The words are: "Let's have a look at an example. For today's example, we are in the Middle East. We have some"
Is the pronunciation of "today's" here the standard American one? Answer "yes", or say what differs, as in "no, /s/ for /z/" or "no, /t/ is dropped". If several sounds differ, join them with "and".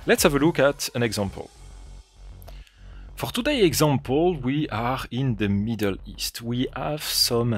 no, /z/ is dropped